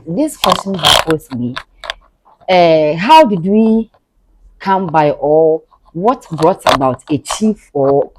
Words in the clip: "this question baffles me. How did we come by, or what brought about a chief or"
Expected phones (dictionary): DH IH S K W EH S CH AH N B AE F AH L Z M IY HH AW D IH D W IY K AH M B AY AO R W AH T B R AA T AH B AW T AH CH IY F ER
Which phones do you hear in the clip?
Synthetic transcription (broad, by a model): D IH S K W EH S CH AH N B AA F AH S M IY HH AW D IH D W IY K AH M B AY AO L W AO T B R AA T AH B AW T AH CH IY F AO